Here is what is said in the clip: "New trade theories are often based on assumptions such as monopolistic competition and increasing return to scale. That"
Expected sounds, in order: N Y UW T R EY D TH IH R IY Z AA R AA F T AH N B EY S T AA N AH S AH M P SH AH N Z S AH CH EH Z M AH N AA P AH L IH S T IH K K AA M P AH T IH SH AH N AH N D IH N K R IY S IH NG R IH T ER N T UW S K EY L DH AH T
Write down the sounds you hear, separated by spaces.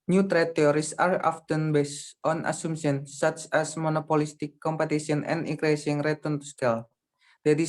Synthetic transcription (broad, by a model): N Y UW T R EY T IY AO R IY S AA R AA F T AH N B EY S T AA N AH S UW M SH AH N S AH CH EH S M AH N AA P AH L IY S T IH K K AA M P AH T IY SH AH N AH N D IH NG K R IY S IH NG R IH T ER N T UW S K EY L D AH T